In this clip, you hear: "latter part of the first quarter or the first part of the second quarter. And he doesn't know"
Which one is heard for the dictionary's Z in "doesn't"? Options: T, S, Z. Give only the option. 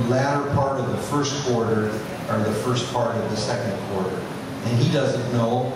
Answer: Z